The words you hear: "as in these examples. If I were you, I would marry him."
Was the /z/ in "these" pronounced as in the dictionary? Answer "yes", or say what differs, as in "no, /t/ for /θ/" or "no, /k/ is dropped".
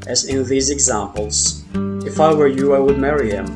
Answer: yes